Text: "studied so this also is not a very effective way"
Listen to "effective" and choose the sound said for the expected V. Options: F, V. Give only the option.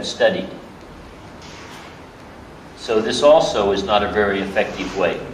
V